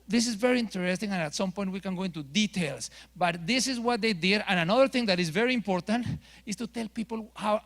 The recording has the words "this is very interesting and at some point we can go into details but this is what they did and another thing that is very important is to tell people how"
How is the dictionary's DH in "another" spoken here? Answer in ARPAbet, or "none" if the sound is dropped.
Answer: DH